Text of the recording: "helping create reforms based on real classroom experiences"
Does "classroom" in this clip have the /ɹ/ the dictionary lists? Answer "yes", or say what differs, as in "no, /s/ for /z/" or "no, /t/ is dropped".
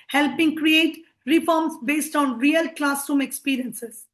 no, /ɹ/ is dropped